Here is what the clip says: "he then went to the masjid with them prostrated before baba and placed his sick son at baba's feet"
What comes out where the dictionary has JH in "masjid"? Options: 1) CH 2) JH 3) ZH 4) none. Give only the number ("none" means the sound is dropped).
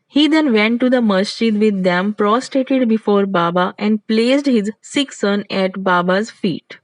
1